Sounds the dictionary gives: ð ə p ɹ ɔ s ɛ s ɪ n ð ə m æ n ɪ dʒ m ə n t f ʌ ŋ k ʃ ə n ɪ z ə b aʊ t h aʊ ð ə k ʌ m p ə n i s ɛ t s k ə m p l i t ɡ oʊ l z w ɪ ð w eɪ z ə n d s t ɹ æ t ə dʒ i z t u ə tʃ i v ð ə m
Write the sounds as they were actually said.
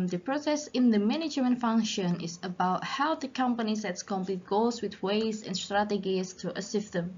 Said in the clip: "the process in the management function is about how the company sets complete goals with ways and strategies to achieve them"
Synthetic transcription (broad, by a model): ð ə p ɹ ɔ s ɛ s ɪ n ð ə m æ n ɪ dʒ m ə n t f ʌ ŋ k ʃ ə n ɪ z ə b aʊ t h aʊ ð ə k ʌ m p ə n i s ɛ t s k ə m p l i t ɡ oʊ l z w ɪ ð w eɪ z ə n s t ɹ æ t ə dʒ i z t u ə s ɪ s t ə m